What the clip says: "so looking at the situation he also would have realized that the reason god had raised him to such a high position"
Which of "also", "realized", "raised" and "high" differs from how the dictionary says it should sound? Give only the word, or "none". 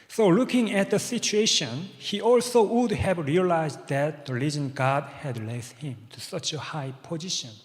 raised